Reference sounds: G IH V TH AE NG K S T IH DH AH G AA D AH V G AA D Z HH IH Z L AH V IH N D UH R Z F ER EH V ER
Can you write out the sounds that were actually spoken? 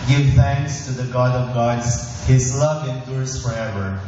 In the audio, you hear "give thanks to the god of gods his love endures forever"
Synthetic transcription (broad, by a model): G IH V TH AE NG K S T IH DH AH G AA D AH V G AA D Z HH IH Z L AH V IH N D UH R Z F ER EH V ER